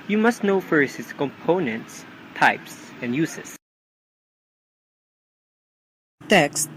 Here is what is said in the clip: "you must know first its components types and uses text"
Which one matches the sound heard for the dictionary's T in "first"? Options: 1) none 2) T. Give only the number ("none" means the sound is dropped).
1